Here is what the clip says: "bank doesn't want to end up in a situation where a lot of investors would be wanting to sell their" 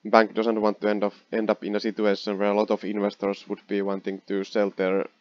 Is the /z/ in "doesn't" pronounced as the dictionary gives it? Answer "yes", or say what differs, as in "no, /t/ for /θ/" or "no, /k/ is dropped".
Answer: no, /s/ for /z/